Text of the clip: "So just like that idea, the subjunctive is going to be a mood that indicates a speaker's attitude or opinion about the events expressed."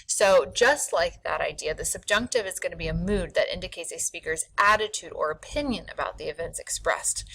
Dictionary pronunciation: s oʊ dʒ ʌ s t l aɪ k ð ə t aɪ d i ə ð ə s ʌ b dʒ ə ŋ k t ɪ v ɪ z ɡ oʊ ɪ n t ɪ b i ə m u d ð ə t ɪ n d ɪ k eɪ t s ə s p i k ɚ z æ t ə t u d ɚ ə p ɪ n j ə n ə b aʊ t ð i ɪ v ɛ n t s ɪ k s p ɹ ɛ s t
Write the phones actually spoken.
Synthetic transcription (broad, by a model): s oʊ dʒ ʌ s t l aɪ k ð ə t aɪ d i ə ð ə s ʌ b dʒ ə ŋ k t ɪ v ɪ z ɡ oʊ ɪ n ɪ b i ə m u d ð ə t ɪ n d ɪ k eɪ t s ə s p i k ɚ z æ t ə t u d ɚ ə p ɪ n j ə n ə b aʊ t ð i ɪ v ɛ n t s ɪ k s p ɹ ɛ s t